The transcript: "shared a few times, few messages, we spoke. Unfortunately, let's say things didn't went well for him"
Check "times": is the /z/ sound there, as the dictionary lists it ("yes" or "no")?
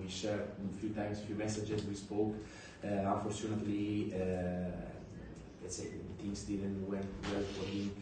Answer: no